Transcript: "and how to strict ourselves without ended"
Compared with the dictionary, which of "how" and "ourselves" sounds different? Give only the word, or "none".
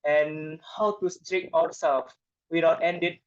ourselves